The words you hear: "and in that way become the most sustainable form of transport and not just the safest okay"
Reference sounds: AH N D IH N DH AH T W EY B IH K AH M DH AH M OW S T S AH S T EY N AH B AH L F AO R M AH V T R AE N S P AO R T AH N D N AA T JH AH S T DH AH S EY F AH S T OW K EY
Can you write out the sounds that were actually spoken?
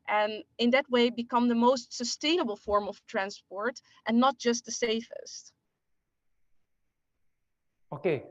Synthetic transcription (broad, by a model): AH N IH N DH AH T W EY B IH K AH M DH AH M OW S T S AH S T EY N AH B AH L F AO R M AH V T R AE N S P AO R T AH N N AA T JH AH S T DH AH S EY F AH S T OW K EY